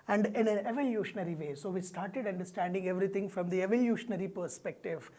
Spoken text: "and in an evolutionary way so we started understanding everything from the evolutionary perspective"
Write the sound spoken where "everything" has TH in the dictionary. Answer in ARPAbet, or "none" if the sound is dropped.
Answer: T